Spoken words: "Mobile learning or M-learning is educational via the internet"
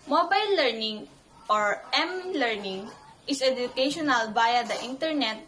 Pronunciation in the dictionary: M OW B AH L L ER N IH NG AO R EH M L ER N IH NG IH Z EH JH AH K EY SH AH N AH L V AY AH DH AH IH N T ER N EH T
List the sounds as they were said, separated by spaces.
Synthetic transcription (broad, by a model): M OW B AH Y L ER N IH NG AO R EH M L ER N IH NG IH S EH JH AH K EY SH AH N AH L B AY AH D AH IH N T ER N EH T